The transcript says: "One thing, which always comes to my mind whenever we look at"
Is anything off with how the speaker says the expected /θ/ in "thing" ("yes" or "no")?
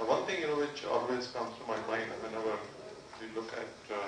yes